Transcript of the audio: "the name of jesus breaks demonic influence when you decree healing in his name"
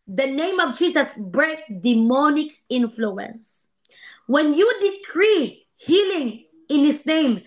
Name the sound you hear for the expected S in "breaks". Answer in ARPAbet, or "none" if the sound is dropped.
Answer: none